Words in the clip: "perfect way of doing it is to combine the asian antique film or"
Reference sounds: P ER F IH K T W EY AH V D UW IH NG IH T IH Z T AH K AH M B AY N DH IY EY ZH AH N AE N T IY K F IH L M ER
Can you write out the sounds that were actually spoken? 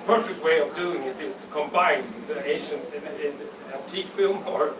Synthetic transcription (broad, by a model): P ER F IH K T W EY AH V D UW IH NG IH T IH Z T AH K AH M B AY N DH IY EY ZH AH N AE N T IY K F IH L M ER